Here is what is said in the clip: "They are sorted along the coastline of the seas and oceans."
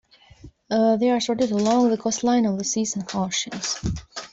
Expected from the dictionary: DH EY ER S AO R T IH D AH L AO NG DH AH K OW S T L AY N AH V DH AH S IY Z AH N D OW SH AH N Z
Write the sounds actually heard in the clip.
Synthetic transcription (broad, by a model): DH EY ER S AO R T IH D AH L AO NG DH AH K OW S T L AY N AH V DH AH S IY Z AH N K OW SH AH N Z